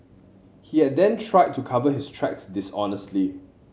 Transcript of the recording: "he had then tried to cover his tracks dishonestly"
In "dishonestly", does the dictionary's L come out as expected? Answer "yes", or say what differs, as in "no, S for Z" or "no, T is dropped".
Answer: yes